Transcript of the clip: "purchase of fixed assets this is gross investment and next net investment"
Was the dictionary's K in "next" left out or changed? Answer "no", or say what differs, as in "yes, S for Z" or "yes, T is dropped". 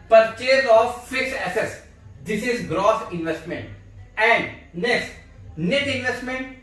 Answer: yes, K is dropped